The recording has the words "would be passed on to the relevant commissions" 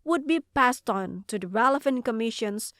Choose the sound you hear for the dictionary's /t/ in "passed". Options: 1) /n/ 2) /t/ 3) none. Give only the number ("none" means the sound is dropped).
2